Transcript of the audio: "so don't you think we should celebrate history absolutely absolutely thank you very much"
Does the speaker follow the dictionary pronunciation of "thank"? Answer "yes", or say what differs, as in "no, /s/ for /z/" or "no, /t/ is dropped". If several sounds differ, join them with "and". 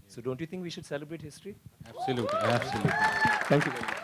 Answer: no, /t/ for /θ/